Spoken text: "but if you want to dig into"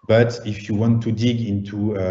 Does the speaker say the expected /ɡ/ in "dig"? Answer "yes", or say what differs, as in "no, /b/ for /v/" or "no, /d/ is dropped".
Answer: yes